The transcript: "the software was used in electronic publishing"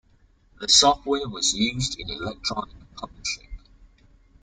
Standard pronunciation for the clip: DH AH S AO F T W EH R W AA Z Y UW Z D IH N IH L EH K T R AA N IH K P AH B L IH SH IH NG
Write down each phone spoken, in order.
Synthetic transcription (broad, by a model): DH AH S AO F T W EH W AA Z Y UW Z D IH N IH L EH K T R AA N IH K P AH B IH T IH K